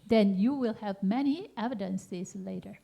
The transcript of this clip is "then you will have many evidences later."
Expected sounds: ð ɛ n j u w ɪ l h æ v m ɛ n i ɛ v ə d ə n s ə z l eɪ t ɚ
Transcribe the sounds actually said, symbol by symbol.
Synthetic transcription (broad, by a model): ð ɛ n j u w ɪ l h æ v m ɛ n i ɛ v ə d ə n s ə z l eɪ t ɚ